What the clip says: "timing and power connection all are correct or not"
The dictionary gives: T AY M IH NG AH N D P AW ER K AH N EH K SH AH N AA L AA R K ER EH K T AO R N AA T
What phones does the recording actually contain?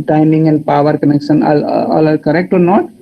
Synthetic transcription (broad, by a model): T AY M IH NG AH N D P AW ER K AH N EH K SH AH N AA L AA L K ER EH K T AO R N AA T